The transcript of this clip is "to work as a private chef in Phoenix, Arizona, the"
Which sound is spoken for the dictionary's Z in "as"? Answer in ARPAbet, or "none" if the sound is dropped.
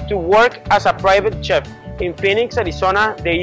S